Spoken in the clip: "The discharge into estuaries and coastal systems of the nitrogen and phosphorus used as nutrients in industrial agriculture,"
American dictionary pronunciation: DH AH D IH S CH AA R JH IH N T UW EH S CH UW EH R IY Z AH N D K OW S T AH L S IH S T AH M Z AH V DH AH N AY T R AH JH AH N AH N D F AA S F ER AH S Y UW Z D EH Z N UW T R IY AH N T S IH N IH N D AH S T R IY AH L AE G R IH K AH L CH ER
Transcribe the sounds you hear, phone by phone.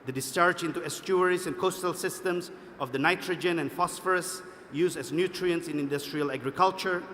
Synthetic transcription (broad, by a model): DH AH D IH S CH AA R JH IH N T UW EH S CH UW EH R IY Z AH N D K OW S T AH L S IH S T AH M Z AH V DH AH N AY T R AH JH AH N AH N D F AA S F ER AH S Y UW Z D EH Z N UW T R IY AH N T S IH N IH N D AH S T R IY AH L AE G R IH K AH L CH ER